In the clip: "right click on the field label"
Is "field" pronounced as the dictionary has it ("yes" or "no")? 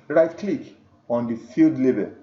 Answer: yes